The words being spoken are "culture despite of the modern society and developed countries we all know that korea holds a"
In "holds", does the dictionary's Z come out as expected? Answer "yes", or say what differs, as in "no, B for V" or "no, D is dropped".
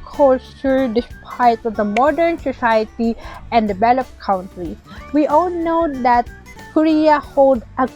no, Z is dropped